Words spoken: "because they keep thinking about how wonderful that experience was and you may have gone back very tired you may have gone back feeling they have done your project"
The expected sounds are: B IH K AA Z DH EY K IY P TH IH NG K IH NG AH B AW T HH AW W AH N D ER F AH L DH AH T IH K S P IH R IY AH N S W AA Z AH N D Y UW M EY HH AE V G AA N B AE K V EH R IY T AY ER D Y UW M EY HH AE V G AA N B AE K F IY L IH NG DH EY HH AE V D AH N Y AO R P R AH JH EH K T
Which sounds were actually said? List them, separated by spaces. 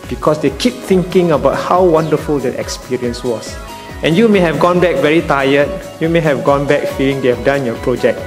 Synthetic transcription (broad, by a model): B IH K AA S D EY K IY P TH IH NG K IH NG AH B AW T HH AW W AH N D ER F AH L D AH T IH K S P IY R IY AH N S W AA S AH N Y UW M EY HH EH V G AA N B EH K V EH R IY T AY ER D Y UW M EY HH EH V G AA N B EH K F IY L IH NG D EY HH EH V D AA N Y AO P R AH JH EH K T